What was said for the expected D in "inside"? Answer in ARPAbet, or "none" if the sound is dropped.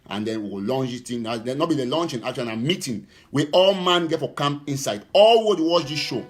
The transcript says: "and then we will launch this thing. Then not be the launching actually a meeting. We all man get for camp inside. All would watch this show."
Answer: D